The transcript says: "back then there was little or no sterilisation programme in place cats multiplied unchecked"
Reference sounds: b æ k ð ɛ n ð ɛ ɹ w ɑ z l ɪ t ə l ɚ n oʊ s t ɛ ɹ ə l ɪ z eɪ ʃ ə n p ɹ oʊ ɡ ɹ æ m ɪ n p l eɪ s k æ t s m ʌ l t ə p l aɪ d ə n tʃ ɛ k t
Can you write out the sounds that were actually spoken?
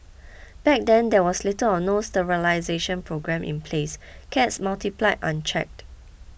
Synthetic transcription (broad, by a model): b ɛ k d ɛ n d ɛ w ɑ s l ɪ t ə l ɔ n oʊ s t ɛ ɹ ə l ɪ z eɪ ʃ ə n p ɹ oʊ ɡ ɹ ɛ m ɪ n p l eɪ s k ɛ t s m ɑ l t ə p l aɪ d ə n tʃ ɛ k t